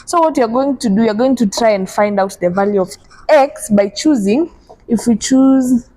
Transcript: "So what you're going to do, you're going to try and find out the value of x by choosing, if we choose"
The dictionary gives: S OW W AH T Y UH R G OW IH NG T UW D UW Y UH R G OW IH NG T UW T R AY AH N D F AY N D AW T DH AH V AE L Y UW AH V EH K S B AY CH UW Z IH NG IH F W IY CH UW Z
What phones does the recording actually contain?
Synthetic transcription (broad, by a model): S OW W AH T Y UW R G OW IH NG T UW D UW Y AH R G OW IH NG T UW T R AY AH N D F AY N D AW T DH AH V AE L Y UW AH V EH K S B AY CH UW Z IH NG IH F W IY CH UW Z